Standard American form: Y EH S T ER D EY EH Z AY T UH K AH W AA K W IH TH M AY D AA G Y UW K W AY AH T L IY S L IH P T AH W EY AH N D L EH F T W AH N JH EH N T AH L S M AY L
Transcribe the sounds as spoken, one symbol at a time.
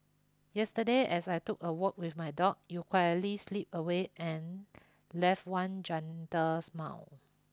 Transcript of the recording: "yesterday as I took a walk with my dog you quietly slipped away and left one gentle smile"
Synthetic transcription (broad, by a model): Y EH S T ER D EY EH S AY T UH K AH W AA K W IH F M AY D AA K Y UW K W AY AH T L IY S L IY P AH W EY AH N L EH F T W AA N JH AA N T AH S M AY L